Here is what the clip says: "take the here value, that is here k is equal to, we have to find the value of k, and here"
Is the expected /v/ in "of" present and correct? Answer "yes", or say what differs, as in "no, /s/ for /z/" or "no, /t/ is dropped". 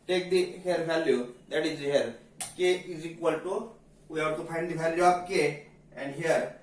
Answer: no, /b/ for /v/